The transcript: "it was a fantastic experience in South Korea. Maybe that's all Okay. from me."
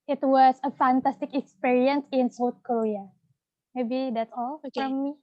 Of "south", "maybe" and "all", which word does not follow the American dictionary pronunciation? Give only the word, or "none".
south